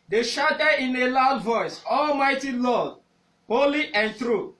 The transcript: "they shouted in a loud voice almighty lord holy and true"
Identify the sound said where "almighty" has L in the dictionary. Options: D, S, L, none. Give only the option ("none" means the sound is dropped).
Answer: L